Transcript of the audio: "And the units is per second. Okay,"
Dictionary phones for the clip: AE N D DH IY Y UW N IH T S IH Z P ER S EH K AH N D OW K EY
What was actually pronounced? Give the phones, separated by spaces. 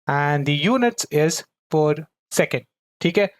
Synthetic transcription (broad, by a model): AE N D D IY Y UW N IH T S IH Z F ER S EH K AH N D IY K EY